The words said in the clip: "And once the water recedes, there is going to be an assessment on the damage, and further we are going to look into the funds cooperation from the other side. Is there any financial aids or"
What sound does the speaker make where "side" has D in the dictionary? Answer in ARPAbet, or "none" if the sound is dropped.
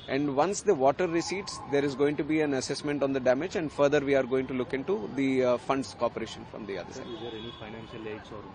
none